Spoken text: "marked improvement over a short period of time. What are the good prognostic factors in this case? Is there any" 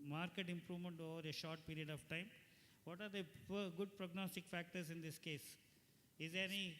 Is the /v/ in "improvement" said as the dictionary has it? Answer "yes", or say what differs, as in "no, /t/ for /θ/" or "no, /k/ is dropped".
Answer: yes